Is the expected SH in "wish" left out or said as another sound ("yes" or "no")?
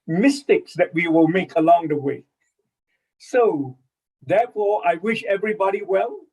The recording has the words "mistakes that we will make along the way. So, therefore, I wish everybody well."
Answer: no